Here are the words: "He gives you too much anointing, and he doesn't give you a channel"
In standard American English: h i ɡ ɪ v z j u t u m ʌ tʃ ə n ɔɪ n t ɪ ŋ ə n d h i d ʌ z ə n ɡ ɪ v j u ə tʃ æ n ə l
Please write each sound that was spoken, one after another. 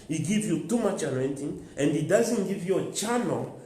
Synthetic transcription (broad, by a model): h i ɡ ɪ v j u t u m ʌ tʃ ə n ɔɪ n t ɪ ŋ ə n d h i d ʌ z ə n ɡ ɪ v j u ə tʃ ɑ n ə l